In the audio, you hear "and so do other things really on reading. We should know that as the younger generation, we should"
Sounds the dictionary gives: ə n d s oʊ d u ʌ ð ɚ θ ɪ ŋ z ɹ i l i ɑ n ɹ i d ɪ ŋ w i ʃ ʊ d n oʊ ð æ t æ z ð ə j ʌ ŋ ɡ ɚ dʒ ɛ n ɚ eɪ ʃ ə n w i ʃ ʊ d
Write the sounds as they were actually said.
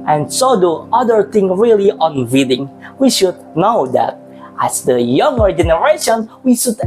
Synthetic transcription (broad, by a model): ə n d s oʊ d u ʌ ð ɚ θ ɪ ŋ ɹ i l i ɑ n w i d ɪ ŋ w i ʃ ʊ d n oʊ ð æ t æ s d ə j ʌ ŋ ɡ ɚ dʒ ɛ n ɚ eɪ ʃ ə n w i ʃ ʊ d